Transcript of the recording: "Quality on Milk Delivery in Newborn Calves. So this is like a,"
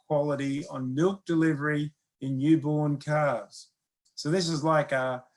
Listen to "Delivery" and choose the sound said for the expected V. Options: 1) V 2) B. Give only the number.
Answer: 1